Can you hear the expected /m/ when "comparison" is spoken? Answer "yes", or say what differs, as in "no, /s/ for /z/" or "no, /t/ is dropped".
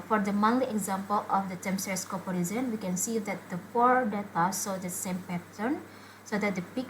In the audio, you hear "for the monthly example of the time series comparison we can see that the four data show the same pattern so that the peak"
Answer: no, /m/ is dropped